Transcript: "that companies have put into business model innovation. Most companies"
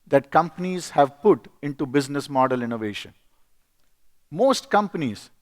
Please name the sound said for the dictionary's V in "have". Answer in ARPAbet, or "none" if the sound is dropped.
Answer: V